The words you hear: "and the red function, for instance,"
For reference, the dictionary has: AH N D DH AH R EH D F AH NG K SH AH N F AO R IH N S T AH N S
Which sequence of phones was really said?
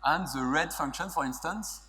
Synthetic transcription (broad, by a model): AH N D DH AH R EH D F AH NG K SH AH N F AO R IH N S T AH N S